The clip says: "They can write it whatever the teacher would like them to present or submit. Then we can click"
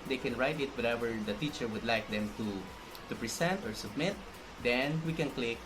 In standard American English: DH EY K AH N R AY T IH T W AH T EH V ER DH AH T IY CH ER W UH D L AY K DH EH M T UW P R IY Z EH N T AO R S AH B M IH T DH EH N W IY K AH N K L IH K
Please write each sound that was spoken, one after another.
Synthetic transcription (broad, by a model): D EY K AH N R AY T IH T W AH T EH V ER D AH T IY CH ER W UH D L AY K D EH M T UW P R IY S EH N T AO R S AH B M IH T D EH N W IY K AH N K L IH K